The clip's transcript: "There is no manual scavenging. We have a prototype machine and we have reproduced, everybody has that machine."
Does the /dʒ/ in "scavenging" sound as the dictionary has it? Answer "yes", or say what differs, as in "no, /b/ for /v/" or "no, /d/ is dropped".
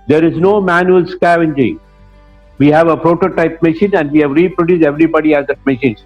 yes